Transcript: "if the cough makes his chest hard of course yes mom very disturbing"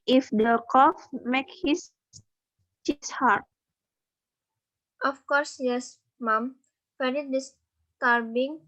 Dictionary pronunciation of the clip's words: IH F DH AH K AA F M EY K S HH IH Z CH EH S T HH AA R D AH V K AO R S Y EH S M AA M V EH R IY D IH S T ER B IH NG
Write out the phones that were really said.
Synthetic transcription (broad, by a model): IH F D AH K AA F M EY K HH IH S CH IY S HH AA R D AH F K AO R S Y EH S M AA M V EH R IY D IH S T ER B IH NG